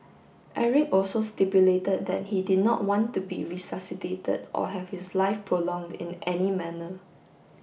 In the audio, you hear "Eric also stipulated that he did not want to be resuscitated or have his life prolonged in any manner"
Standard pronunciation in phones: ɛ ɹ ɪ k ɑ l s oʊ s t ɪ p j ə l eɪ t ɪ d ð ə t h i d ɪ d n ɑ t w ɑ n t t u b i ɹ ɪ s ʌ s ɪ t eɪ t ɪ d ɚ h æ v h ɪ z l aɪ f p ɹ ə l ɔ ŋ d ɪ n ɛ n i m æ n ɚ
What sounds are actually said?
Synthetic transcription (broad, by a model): ɛ ɹ ɪ k ɑ l s oʊ s t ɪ p j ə l eɪ t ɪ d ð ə t h i d ɪ d n ɑ t w ɑ n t t u b i ɹ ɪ s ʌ s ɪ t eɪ t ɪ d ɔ h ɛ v h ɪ s l aɪ f p ɹ ə l ɔ ŋ d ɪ n ɛ n i m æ n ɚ